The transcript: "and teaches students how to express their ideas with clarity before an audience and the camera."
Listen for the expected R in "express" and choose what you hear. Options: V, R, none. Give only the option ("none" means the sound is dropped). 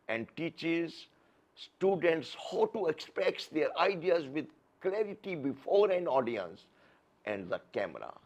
none